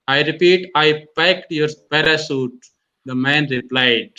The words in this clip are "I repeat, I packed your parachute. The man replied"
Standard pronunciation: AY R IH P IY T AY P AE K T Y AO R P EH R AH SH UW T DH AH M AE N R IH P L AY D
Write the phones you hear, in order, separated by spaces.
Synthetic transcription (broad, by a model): AY R IH P IY T AY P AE K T Y AO R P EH R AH S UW T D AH M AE N R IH P L AY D